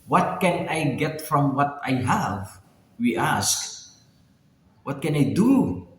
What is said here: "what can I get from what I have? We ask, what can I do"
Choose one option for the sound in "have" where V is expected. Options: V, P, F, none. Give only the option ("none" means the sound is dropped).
V